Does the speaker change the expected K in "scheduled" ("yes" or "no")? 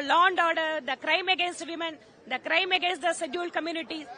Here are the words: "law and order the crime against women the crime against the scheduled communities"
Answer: yes